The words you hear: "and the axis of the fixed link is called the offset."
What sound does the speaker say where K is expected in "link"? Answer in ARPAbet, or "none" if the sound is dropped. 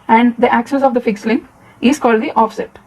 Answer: none